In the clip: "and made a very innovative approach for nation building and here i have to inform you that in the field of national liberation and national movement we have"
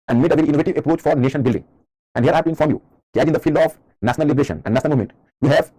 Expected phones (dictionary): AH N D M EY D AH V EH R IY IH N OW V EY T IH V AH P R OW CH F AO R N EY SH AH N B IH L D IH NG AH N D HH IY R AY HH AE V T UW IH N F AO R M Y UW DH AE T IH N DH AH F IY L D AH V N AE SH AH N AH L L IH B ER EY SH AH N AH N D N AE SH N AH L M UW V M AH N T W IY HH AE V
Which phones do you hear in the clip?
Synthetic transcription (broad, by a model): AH N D M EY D AH V EH R IY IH N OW V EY T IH V AH P R OW CH F AO R N EY SH AH N B IH L D IH NG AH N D HH IY R AY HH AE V T UW IH N F AO R M Y UW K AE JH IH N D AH F IY L D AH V N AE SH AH N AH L L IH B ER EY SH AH N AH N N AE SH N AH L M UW M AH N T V IY HH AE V